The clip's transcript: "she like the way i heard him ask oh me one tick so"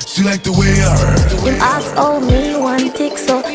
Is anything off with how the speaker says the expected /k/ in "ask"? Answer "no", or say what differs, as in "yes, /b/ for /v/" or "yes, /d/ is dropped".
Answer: yes, /k/ is dropped